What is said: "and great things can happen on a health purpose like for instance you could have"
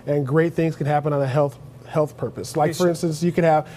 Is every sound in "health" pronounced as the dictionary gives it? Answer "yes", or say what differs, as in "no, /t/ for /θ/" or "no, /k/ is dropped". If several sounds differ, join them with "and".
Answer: yes